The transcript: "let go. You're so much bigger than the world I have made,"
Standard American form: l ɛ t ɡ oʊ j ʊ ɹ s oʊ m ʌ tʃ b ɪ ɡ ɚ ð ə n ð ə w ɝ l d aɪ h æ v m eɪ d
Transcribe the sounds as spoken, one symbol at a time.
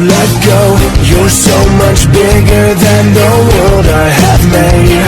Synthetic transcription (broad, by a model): l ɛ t ɡ oʊ j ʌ ɹ s oʊ m ʌ tʃ b ɪ ɡ ɚ ð ə n ð ə w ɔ d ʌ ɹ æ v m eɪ